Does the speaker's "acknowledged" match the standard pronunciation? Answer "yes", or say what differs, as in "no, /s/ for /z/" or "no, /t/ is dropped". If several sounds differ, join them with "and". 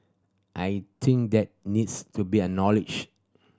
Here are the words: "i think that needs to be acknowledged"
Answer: no, /k/ is dropped